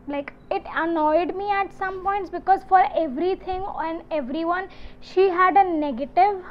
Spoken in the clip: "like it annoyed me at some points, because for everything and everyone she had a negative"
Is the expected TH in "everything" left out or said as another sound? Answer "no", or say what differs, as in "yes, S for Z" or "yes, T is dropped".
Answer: yes, T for TH